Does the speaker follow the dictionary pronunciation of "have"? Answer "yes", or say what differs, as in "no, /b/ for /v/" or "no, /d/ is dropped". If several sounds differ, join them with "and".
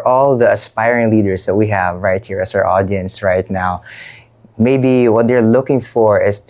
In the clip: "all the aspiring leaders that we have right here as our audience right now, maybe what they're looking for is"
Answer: yes